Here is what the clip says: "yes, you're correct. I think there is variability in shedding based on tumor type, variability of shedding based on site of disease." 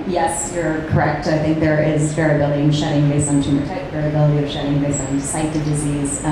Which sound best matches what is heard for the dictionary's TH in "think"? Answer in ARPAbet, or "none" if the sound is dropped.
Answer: TH